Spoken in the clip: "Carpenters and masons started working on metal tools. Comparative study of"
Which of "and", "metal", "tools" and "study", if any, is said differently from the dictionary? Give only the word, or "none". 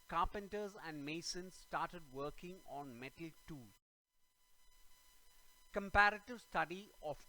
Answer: tools